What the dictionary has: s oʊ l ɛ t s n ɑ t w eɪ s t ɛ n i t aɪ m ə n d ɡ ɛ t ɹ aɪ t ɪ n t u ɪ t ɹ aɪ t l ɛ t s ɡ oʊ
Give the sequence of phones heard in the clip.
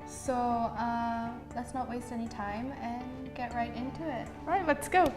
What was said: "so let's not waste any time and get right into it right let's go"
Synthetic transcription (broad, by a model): s oʊ l ɛ t s n ɑ t w eɪ s t ɛ n i t aɪ m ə n ɡ ɛ t ɹ aɪ t ɪ n t u ɪ t ɹ aɪ t l ɛ t s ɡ oʊ